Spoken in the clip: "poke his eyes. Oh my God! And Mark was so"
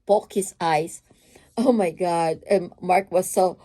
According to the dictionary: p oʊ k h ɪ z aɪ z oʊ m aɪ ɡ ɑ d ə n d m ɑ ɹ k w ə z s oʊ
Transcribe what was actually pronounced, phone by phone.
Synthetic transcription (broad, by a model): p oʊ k h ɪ s aɪ s oʊ m aɪ ɡ ɑ d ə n m ɑ ɹ k w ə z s oʊ